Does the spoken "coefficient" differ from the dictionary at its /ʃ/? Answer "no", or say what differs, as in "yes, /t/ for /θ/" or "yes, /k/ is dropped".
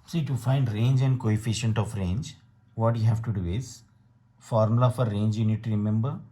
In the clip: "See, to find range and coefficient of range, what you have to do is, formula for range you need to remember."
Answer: no